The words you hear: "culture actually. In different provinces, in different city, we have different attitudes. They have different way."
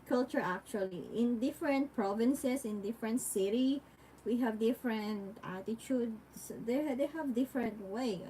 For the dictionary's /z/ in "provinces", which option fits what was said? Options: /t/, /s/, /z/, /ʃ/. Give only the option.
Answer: /s/